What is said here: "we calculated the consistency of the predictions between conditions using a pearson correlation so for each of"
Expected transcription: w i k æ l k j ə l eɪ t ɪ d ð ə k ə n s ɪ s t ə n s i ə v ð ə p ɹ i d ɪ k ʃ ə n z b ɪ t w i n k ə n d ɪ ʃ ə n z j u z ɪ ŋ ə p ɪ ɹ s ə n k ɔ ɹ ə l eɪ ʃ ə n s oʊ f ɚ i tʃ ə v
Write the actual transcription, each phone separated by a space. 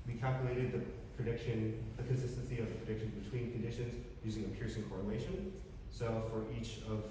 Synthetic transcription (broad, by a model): w i k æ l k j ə l eɪ t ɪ d ð ə k ə n s ɪ s t ə n s i ə v ð ə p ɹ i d ɪ k ʃ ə n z b ɪ t w i n k ə n d ɪ ʃ ə n z j u z ɪ ŋ ə p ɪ ɹ s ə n k ɔ ɹ ə l eɪ ʃ ə n s oʊ f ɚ i tʃ ə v